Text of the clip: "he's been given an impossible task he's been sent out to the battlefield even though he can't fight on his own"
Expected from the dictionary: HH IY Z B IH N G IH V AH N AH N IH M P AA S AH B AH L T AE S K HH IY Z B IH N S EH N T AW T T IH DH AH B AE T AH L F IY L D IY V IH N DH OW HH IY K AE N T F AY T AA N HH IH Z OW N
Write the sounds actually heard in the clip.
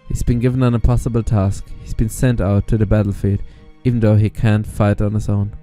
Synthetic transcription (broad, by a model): HH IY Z B IH N G IH V AH N AH N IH P AA S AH B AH L T AE S K HH IY Z B IH N S EH N T AW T T IH DH AH B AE T L F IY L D IY V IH N DH OW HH IY K AE N T F AY T N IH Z OW N